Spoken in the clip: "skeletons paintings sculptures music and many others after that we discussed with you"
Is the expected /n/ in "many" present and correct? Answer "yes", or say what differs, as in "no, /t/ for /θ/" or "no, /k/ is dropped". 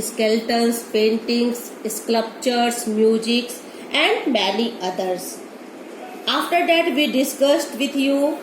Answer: no, /l/ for /n/